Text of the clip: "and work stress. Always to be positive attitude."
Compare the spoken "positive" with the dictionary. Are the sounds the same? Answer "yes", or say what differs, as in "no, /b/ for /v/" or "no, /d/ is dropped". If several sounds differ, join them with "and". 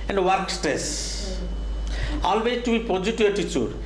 no, /v/ is dropped